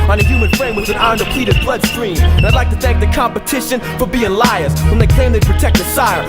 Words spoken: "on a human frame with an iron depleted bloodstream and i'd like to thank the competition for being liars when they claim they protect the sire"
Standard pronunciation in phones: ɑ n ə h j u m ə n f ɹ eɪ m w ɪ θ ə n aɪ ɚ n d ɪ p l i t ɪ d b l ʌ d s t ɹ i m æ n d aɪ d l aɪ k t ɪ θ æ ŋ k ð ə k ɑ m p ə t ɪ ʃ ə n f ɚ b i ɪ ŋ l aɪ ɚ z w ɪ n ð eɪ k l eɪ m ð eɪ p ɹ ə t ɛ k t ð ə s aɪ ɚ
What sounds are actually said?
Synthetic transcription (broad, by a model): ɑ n ə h j u m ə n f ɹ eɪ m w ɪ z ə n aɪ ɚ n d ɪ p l i t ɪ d b l ʌ d s t ɹ i m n aɪ d l aɪ k t ɪ θ æ ŋ k ð ə k ɑ m p ə t ɪ ʃ ə n f ɚ b i ɪ ŋ l aɪ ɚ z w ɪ n ð eɪ k l eɪ m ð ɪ p ɹ ə t ɛ k t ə s aɪ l